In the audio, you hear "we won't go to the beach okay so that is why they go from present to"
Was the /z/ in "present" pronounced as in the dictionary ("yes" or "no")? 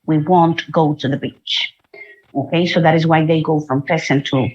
no